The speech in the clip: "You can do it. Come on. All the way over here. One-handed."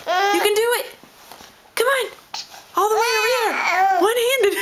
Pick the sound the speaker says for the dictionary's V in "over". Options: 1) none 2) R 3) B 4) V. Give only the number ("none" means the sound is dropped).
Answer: 1